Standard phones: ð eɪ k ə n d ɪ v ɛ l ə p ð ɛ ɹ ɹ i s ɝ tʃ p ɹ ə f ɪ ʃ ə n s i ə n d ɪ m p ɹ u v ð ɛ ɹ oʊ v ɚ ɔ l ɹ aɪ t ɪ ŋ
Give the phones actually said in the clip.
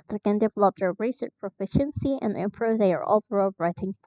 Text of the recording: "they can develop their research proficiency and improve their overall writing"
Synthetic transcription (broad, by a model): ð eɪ k ə n d ɪ v ɛ l ə p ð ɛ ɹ ɹ i s ɝ tʃ p ɹ ə f ɪ ʃ ə n s i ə n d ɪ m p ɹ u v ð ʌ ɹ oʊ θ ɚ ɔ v ɹ aɪ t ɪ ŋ